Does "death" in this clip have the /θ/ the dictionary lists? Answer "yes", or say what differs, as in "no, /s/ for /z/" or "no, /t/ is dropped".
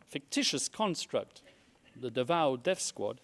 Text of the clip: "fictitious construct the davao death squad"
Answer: no, /f/ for /θ/